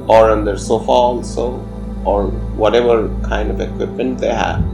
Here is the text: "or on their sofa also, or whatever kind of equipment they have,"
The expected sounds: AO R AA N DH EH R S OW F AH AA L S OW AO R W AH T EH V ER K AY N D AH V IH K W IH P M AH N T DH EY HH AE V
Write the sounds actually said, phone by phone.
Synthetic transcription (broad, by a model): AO R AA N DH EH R S OW F AH AA L S OW AO R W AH T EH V ER K AY N D AH V IH K W IH P M AH N T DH EY HH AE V